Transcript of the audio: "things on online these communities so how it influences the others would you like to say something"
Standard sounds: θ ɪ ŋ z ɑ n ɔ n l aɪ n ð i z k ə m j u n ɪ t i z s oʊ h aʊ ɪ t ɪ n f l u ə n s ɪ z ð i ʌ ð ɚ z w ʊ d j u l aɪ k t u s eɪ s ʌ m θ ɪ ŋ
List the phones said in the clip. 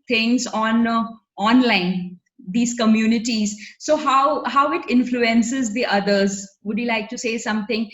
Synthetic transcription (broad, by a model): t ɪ ŋ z ɑ n ɔ n l aɪ n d i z k ə m j u n ɪ t i z s oʊ h aʊ ɪ t ɪ n f l u ə n s ɪ z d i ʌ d ɚ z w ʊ d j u l aɪ k t u s eɪ s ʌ m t ɪ ŋ